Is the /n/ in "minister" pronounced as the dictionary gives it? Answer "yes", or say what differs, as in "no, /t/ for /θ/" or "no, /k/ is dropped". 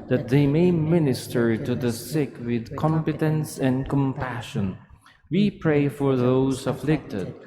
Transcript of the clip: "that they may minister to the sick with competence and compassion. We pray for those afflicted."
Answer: yes